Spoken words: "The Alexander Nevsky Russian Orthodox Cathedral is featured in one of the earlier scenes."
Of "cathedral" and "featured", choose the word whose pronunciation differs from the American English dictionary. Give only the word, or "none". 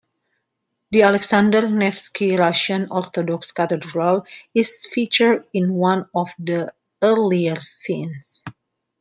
cathedral